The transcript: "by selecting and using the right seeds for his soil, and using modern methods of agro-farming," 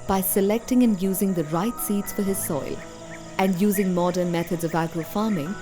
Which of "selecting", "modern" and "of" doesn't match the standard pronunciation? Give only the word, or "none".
none